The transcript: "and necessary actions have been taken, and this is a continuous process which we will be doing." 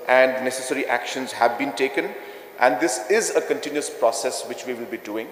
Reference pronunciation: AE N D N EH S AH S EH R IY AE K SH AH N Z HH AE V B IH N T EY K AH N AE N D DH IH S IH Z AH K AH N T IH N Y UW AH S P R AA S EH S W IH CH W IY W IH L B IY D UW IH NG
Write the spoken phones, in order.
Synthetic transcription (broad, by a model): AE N D N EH S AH S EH R IY AE K SH AH N Z HH AE V B IH N T EY K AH N AE N D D IH S IH Z AH K AH N T IH N Y UW AH S P R AA S EH S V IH CH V IY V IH L B IY D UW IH NG